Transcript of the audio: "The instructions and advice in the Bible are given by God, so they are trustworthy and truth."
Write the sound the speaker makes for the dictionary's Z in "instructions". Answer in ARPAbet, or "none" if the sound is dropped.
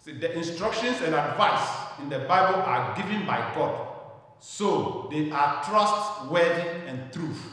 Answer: S